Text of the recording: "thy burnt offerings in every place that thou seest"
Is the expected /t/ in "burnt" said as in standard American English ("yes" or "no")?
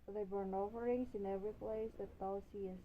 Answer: no